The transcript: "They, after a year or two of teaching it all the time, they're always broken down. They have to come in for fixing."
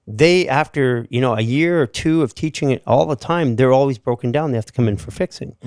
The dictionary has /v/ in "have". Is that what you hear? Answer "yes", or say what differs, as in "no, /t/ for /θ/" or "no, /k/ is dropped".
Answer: no, /f/ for /v/